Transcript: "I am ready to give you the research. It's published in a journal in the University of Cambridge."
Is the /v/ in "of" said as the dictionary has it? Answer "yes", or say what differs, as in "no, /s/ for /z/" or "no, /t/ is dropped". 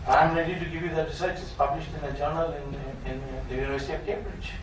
no, /p/ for /v/